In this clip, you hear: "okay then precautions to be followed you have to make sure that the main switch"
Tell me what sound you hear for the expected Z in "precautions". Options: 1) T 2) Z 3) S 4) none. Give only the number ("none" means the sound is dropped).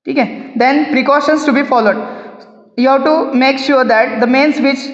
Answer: 3